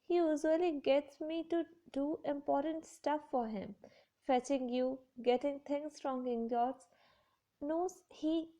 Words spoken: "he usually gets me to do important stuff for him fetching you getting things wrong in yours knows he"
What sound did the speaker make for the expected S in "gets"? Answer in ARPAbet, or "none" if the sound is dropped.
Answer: S